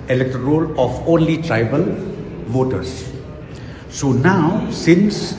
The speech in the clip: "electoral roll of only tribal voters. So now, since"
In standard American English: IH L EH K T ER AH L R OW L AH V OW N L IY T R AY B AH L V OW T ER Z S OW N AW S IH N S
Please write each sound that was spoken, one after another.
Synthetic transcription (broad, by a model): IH L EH K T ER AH R OW L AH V OW N L IY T R AY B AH L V OW T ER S S OW N AW S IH N S